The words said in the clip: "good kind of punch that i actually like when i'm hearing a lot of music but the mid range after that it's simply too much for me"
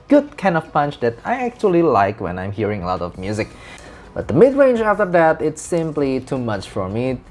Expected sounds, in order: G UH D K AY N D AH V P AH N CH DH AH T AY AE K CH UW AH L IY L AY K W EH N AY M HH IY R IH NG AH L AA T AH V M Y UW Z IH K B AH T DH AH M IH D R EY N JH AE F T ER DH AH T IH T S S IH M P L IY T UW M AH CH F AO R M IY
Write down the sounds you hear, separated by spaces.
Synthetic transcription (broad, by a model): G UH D K AY N D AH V P AH N CH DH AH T AY AE K CH UW AH L IY L AY K W EH N AY M HH IY R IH NG AH L AA T AH V M Y UW Z IH K B AH T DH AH M IH D R EY N JH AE F T ER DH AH T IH T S S IH M P L IY T UW M AH CH F AO R M IY